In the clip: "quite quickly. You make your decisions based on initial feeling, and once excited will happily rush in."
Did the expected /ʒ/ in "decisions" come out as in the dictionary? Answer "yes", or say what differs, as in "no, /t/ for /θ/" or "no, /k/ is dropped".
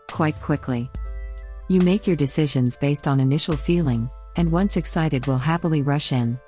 yes